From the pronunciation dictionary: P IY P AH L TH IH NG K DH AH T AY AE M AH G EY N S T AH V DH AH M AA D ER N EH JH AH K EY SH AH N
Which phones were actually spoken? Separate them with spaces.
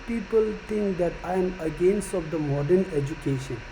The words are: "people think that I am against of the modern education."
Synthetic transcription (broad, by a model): P IY P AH L T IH NG K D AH T AY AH M AH G EY N S T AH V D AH M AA D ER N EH JH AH K EY SH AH N